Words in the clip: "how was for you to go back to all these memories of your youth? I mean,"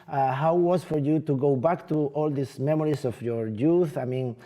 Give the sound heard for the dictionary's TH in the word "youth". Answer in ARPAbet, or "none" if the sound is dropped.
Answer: TH